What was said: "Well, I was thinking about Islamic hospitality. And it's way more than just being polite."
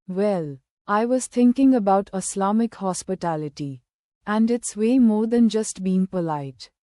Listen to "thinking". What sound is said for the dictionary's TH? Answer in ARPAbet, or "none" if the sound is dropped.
T